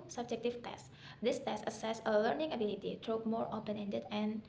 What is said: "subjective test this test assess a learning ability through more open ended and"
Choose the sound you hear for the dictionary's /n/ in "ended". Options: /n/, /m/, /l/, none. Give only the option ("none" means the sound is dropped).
/n/